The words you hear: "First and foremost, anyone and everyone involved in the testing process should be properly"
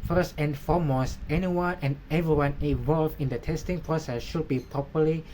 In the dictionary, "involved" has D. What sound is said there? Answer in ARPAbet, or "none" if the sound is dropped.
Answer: none